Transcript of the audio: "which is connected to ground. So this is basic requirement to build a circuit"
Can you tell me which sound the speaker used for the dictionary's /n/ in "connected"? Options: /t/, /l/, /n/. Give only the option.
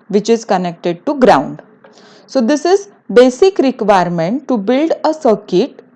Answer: /n/